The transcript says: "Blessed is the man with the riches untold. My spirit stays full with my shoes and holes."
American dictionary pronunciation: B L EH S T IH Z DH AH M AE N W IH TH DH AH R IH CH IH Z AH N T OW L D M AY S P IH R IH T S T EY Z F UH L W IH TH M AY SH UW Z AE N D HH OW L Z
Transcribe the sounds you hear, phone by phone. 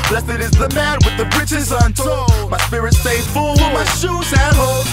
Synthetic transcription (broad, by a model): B L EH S T IH Z DH AH M AE N W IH DH AH R IH CH IH Z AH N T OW M AY S P IH R IH T S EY F UH L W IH M AY SH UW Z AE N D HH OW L